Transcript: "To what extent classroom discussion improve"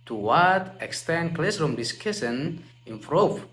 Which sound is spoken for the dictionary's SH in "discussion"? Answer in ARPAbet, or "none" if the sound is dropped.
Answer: S